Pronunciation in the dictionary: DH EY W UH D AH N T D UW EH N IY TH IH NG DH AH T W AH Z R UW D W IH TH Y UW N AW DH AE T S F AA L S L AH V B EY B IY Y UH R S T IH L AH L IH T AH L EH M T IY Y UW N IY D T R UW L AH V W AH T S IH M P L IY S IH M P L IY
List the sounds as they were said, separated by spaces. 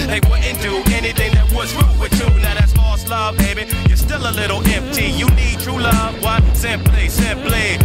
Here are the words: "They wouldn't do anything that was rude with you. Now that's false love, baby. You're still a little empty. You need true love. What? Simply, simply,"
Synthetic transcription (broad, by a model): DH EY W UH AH N T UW EH N IY TH IH NG DH AH T W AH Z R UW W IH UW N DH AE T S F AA S L AH V B EY B IY Y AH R S T IH L AH L IH T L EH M T IY Y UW N IY D T R UW L AH V W AH T S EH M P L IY S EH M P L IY